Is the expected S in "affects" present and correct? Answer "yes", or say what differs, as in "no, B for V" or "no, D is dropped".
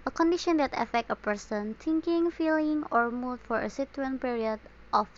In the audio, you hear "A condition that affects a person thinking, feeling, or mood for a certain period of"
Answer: no, S is dropped